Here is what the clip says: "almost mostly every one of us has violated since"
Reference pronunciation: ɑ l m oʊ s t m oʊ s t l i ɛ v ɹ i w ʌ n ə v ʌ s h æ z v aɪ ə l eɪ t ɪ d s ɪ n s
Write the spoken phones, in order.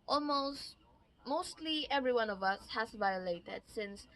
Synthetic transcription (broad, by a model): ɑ l m oʊ s t m oʊ s t l i ɛ v ɹ i w ʌ n ə v ʌ s h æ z v aɪ ə l eɪ t ɪ d s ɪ n s